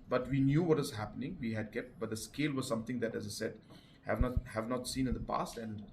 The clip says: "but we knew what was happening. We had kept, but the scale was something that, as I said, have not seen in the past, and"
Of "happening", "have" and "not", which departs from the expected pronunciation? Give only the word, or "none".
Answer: none